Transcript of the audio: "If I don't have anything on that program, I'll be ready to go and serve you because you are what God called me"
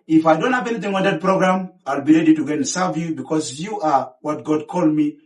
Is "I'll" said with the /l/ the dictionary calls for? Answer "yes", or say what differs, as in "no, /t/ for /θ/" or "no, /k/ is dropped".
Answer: yes